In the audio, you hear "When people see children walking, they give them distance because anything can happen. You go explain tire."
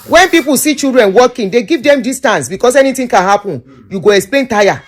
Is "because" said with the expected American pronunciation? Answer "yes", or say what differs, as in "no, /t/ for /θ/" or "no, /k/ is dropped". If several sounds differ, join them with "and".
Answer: no, /s/ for /z/